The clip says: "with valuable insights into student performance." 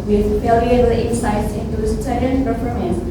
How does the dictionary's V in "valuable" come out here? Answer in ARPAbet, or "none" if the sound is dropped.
F